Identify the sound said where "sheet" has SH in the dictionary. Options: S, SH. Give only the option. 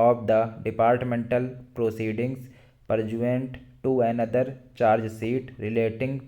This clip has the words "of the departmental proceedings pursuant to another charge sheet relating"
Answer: S